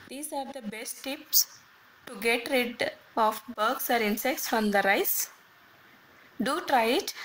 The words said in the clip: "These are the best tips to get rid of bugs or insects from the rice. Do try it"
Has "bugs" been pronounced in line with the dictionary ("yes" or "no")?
no